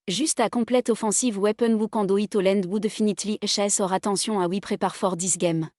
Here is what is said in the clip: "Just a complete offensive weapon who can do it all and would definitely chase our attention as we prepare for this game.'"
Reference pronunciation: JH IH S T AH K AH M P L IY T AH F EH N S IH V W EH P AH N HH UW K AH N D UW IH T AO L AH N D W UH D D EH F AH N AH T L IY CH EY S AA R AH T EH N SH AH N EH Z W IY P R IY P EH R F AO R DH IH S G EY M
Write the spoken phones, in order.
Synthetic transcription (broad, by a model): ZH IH S T AH K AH P L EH T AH F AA S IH V W EH P AH N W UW K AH D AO IH T AO L AH N D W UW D D EH F AH N AH T L IY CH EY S AA R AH T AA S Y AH AA W IY P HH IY P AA R F AO R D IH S G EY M